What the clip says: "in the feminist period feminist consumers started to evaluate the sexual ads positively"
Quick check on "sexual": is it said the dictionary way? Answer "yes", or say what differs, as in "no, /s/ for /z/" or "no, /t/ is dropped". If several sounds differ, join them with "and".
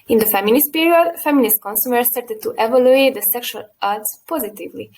yes